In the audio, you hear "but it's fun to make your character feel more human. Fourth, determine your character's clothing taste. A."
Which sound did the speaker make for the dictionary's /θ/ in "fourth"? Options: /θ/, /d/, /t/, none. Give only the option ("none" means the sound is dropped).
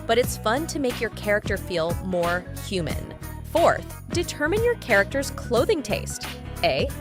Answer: /θ/